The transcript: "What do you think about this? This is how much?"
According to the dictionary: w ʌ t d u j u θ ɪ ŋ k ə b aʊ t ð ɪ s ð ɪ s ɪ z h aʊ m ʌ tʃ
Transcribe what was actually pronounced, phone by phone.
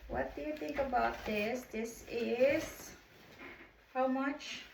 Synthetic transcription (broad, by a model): w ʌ t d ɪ j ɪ θ ɪ ŋ k ə b aʊ t ð ɪ s ð ɪ s ɪ z h aʊ m ʌ tʃ